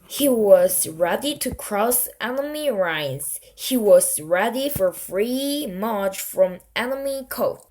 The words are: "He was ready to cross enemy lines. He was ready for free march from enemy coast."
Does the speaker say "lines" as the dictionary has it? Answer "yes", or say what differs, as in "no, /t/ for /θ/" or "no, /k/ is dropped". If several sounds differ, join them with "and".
no, /n/ is dropped